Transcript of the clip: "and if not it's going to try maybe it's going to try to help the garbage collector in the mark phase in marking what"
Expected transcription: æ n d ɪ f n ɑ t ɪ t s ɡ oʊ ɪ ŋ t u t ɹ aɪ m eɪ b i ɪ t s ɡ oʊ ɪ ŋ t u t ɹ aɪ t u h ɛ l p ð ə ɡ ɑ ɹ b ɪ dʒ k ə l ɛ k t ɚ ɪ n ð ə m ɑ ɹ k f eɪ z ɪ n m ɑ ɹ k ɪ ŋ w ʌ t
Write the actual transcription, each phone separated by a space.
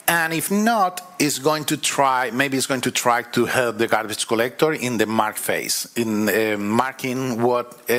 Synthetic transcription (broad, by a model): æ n ɪ f n ɑ t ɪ t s ɡ oʊ ɪ ŋ t u t ɹ aɪ m eɪ b i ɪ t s ɡ oʊ ɪ ŋ t u t ɹ aɪ t u h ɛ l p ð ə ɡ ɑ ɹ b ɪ tʃ k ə l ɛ k t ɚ ɪ n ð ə m ɑ ɹ k f eɪ s ɪ n m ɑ ɹ k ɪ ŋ w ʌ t